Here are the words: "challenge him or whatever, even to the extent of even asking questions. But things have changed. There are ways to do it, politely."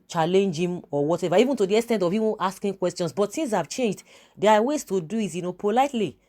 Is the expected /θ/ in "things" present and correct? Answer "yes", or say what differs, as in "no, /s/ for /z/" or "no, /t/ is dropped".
no, /s/ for /θ/